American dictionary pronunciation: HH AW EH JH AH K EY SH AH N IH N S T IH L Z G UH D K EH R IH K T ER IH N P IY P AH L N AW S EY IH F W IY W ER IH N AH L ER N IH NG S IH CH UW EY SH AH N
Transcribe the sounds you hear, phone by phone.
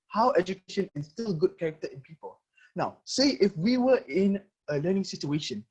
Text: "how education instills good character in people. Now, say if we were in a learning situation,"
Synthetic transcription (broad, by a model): HH AW EH JH AH K EY SH AH N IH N S T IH L G UH D K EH R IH K T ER IH N P IY P AH L N AW S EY IH F W IY W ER IH N AH L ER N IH NG S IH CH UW EY SH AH N